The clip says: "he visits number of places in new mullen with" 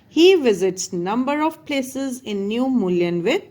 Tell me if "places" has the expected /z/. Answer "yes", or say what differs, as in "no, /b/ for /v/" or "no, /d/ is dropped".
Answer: yes